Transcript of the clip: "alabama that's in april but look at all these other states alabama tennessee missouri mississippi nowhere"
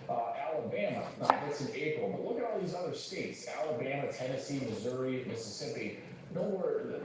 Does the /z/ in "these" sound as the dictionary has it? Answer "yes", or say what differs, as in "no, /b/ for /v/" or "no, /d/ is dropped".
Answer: yes